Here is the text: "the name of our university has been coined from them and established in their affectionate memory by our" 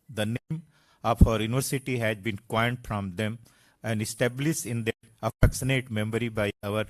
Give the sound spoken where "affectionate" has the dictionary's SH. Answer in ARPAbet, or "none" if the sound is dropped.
S